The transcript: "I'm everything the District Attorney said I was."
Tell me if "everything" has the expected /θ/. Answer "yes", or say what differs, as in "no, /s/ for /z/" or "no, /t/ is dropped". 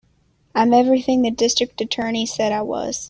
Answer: yes